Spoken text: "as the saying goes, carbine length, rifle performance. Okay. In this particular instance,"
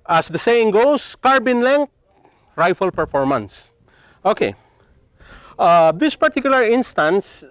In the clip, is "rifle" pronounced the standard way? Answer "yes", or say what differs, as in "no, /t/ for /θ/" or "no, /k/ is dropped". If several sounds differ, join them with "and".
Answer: yes